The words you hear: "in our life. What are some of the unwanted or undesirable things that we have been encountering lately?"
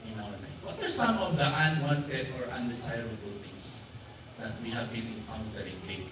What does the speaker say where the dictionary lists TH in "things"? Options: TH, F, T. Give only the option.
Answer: T